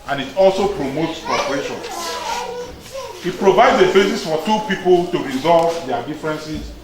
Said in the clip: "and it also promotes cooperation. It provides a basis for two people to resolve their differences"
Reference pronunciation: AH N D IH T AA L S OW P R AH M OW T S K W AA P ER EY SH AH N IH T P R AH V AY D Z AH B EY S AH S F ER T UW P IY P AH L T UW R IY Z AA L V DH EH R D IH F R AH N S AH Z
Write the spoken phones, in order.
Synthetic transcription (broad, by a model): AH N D IH T AA L S OW P R AH M OW T S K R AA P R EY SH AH N IH T P R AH V AY D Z AH B EY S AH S F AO T UW P IY P AH L T UW R IY Z AA L V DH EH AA D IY F R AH N S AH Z